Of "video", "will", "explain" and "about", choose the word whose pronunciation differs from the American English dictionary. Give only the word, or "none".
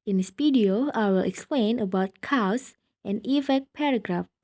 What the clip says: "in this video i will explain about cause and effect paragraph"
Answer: video